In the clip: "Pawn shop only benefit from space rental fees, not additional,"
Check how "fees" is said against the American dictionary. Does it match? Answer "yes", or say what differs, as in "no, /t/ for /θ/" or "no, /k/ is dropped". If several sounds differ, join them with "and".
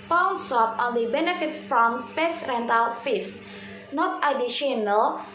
no, /s/ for /z/